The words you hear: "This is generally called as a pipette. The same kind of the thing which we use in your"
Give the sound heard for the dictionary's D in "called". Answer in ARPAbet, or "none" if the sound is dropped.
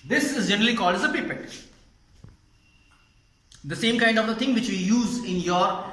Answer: D